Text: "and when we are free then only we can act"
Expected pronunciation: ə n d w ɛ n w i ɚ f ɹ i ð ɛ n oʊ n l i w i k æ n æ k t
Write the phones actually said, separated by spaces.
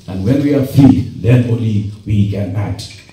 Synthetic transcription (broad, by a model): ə n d w ɛ n w i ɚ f i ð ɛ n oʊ l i w i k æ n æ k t